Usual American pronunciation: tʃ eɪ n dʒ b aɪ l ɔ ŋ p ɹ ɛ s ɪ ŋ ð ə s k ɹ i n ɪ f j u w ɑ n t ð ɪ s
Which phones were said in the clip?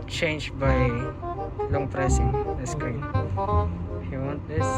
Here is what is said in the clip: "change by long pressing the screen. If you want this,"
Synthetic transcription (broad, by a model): tʃ eɪ n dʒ b aɪ l ɔ ŋ p ɹ ɛ s ɪ ŋ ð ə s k i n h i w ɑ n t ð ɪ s